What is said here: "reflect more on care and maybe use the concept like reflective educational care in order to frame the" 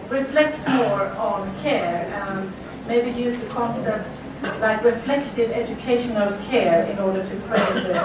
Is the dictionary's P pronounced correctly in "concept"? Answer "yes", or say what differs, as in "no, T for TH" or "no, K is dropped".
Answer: yes